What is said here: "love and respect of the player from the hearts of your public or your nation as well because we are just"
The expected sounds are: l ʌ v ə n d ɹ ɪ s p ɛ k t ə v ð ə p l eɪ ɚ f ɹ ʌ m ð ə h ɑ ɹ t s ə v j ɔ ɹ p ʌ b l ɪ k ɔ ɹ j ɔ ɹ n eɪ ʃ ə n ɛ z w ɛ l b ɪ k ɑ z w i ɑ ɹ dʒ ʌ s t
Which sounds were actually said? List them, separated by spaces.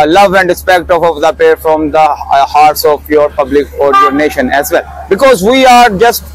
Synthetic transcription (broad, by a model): l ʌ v ə n d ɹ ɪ s p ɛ k t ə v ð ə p eɪ f ɹ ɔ m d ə h ɑ ɹ t s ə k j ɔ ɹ p ʌ b l ɪ k ɔ ɹ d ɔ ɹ n eɪ ʃ ə n ɛ z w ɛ l b ɪ k ɑ z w i ɑ ɹ dʒ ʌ s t